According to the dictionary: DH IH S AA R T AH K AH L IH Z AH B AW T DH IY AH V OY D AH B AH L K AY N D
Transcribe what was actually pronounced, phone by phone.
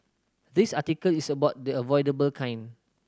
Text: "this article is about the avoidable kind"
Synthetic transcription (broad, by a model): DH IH S AA T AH K AH L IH S AH B AW T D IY AH V OY D AH B AH L K AY N